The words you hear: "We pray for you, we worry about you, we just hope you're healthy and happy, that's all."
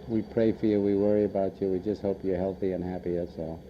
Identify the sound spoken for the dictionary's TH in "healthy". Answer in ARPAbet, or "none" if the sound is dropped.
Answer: TH